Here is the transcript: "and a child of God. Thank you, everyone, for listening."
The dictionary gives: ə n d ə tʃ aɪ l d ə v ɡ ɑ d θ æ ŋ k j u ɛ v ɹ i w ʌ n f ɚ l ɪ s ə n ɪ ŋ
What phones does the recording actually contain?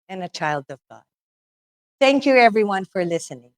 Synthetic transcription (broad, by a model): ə n ə tʃ aɪ l d ə v ɡ ɑ d θ æ ŋ k j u ɛ v ɹ i w ʌ n f ɚ l ɪ s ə n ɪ ŋ